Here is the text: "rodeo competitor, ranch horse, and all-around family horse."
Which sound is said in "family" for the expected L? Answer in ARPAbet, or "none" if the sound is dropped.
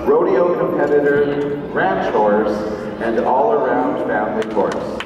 N